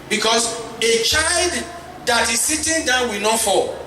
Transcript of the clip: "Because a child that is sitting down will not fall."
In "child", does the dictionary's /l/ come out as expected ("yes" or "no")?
yes